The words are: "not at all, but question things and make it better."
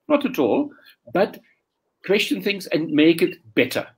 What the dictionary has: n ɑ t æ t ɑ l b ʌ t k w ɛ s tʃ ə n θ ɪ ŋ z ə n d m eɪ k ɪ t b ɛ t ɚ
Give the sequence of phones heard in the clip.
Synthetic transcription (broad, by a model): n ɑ t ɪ t ɑ l b ʌ t k w ɛ s tʃ ə n θ ɪ ŋ z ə n m eɪ k ɪ t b ɛ t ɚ